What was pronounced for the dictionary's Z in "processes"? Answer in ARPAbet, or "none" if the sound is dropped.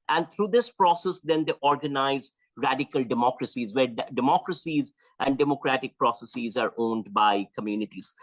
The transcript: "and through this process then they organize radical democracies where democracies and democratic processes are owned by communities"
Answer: Z